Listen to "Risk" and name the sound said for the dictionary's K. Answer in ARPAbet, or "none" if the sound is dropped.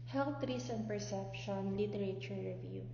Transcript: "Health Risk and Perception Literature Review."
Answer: none